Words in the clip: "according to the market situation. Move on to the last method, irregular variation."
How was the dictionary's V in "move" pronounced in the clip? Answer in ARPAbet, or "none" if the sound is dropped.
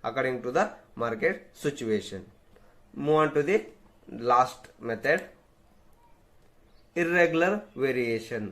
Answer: none